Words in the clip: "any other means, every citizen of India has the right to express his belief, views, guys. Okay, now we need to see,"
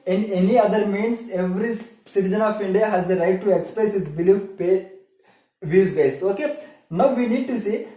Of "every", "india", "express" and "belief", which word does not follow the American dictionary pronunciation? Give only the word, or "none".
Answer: belief